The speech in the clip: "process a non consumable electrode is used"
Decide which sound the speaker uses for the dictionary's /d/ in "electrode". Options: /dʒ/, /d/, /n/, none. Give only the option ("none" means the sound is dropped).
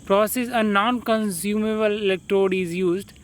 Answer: /d/